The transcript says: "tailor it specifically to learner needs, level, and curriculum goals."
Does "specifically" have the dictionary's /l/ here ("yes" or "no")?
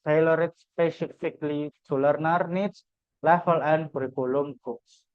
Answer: yes